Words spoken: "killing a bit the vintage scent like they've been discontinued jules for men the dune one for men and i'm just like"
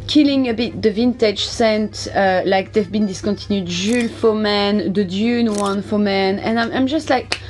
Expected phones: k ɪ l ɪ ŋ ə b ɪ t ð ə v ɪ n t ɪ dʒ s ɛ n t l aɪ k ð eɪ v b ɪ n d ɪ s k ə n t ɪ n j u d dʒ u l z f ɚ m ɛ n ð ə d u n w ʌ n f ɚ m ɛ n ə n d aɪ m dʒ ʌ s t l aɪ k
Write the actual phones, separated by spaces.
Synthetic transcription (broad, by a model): k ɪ l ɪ ŋ ə b ɪ t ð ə v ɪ n t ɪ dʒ s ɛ n t l aɪ k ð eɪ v b ɪ n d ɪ s k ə n t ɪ n j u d ʒ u l f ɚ m ɛ n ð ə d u n w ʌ n f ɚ m ɛ n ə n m aɪ m dʒ ʌ s t l aɪ k